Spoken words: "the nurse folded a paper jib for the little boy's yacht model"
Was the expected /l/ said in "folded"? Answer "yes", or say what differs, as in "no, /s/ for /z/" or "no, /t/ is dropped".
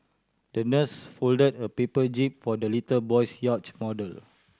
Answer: yes